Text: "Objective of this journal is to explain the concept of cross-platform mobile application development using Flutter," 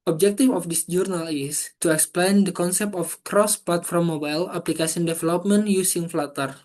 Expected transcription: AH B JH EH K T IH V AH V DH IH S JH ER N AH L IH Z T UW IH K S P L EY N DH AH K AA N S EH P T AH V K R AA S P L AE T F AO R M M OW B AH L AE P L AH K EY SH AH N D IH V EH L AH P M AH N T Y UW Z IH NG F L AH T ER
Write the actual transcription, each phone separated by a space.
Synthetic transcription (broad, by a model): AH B JH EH K T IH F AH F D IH S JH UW N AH L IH S T UW IH K S P L EY N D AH K AA N S EH P T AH F K R AA S P L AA T F AO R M M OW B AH L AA P L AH K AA S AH N D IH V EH L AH P M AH N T Y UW S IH NG F L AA T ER